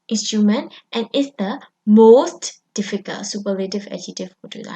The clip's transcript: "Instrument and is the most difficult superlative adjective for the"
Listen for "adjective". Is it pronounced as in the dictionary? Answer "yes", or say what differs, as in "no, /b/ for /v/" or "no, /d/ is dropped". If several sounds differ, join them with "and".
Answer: no, /k/ is dropped